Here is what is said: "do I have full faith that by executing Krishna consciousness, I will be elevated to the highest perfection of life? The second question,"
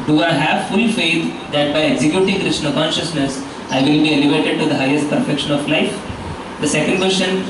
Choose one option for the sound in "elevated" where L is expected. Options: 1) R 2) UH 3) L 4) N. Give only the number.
3